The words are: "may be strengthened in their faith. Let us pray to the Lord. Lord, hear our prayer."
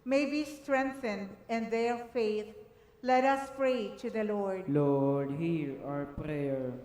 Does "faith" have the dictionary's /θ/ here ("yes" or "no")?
no